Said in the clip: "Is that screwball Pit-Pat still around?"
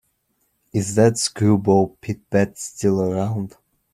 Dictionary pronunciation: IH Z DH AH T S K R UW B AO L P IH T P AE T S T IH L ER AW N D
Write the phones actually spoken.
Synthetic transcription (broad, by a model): IH Z DH AH T S K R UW B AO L P IH T B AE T S T IH L ER AW N D